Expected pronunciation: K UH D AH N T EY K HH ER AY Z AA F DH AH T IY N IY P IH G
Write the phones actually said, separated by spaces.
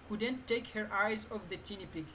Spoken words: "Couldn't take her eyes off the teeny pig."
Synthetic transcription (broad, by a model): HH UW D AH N T EY K HH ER AY Z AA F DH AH T IY N IY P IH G